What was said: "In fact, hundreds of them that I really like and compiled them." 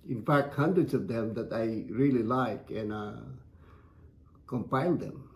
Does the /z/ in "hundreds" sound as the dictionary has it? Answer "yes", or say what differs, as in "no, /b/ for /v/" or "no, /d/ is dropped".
no, /s/ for /z/